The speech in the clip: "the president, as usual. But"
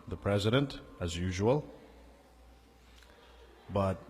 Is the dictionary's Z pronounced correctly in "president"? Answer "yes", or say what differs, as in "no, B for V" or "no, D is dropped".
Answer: yes